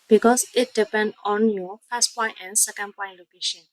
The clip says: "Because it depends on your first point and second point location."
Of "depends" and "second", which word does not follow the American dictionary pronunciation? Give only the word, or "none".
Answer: depends